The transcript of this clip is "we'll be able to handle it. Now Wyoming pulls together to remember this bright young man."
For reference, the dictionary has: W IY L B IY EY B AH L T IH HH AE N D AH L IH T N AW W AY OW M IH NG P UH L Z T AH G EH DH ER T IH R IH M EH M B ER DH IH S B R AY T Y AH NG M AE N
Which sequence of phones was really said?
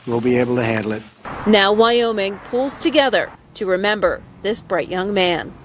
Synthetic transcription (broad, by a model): W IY L B IY EY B L T IH HH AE N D L IH T N AW W AY OW M IH NG P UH L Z T AH G EH DH ER T IH R IH M EH M B ER DH IH S B R AY T Y AH NG M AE N